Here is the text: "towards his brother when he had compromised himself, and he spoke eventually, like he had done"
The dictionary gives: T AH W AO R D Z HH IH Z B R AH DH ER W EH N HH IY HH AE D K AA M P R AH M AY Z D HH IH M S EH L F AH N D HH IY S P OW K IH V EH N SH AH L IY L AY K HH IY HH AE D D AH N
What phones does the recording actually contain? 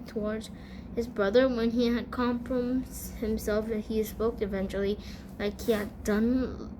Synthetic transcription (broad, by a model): T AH W AO R D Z HH IH Z B R AH DH ER W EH N IY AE D K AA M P R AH M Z HH IH M S EH L F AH HH IY S P OW K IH V EH N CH L IY L AY K HH IY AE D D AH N